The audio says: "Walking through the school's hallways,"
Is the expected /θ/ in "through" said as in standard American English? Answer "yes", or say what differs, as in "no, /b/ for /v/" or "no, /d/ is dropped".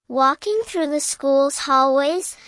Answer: yes